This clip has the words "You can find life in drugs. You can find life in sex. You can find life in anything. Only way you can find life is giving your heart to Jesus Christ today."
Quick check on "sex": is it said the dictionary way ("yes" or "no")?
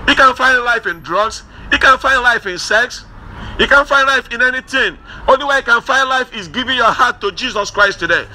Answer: yes